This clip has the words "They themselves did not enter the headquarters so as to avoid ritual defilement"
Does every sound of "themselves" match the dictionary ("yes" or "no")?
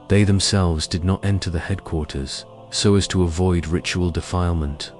yes